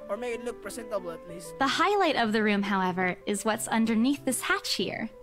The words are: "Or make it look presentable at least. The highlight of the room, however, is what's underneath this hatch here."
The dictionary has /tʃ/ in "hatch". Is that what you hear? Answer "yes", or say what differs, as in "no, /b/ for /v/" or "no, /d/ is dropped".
yes